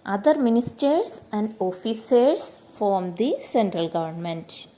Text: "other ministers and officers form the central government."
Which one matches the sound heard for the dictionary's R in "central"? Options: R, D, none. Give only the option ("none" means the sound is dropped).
R